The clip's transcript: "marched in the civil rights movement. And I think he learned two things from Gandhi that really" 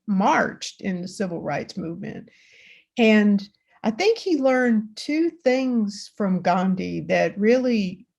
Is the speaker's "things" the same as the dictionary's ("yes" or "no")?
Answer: yes